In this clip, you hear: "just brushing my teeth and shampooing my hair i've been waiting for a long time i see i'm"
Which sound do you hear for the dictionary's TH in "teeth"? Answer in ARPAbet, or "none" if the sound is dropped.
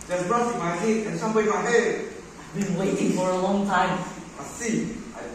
T